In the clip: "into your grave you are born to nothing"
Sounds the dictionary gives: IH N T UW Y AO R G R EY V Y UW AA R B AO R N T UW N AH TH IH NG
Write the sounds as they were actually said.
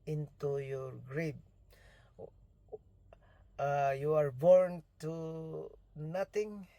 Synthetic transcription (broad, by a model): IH N T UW Y AO R G R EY B Y UW AA R B AO R N T UW N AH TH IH NG